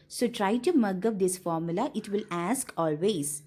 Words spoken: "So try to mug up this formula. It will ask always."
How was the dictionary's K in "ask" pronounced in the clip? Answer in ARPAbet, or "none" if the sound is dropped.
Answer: K